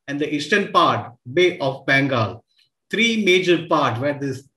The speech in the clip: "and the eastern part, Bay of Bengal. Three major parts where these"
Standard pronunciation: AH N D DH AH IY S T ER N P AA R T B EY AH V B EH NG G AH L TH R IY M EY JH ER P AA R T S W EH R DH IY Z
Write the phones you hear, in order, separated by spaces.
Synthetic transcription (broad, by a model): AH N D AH IY S T ER N P AA R T B EY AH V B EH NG G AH L T R IY M EY JH ER P AA R T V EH R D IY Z